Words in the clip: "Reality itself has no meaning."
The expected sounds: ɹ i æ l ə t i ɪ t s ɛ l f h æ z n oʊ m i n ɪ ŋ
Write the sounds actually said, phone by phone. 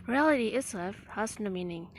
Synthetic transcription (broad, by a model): ɹ i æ l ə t i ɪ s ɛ f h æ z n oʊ m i n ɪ ŋ